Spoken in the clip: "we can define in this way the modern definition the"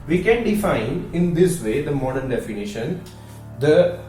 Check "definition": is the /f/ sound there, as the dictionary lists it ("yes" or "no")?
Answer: yes